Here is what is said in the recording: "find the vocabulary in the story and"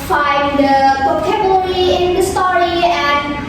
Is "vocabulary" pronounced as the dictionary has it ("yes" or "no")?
no